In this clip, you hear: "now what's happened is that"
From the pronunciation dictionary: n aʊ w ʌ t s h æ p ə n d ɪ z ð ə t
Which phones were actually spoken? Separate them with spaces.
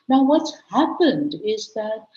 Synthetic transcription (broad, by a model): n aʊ w ʌ t s h æ p ə n d ɪ z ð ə t